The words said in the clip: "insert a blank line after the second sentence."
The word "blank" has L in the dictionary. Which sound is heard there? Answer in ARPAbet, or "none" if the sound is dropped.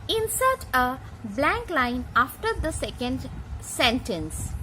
L